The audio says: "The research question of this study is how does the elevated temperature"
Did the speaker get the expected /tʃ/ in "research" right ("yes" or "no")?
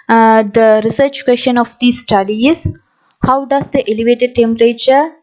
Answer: yes